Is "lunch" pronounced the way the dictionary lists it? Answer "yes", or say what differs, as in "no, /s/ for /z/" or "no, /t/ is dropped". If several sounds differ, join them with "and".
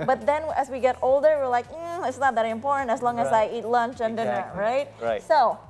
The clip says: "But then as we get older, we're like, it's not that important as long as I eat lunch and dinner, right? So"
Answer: yes